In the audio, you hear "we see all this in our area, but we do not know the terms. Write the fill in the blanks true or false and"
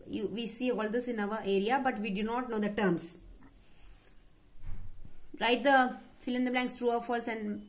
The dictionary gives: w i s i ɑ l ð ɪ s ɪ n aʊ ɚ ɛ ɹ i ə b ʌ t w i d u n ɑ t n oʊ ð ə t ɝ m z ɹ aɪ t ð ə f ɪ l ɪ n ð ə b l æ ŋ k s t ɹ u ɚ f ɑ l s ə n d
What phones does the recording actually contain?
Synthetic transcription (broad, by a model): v i s i ɑ l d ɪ s ɪ n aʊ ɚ ɛ ɹ i ə b ʌ t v i d u n ɑ t n oʊ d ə t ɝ m s ɹ aɪ t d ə f ɪ l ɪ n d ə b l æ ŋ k s t ɹ u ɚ f ɑ l s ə n d